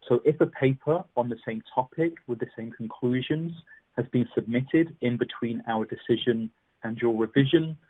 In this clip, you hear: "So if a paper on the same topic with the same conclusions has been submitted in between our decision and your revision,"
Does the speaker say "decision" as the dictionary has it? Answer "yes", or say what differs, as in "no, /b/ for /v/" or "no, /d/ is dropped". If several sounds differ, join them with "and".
yes